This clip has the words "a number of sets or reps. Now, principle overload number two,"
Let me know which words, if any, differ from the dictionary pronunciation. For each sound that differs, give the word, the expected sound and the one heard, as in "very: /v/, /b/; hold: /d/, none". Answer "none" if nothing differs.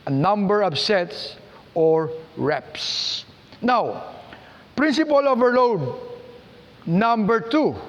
of: /v/, /p/